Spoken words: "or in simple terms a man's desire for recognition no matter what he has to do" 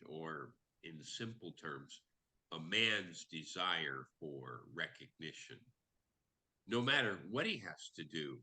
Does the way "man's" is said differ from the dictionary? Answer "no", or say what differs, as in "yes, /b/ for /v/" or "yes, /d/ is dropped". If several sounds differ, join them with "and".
no